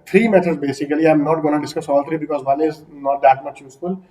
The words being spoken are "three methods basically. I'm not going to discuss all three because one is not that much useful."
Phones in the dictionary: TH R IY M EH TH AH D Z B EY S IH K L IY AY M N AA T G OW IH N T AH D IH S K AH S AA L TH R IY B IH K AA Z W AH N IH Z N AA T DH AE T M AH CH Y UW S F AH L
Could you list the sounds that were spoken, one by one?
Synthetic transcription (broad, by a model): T R IY M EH T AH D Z B EY S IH K L IY AY M N AA T G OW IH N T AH D IH S K AH S AA L T R IY B IH K AA Z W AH N IH Z N AA T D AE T M AH CH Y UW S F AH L